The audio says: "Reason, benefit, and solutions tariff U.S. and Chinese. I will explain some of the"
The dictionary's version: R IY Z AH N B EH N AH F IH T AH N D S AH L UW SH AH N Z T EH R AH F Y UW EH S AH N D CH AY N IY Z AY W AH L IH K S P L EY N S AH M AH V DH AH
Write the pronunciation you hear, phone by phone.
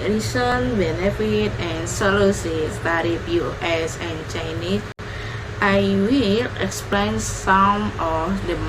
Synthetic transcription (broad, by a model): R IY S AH N B EH N AH F IH T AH N S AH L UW S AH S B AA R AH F Y UW EH S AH N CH AY N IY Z AY W AH L IH K S P L EY N S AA M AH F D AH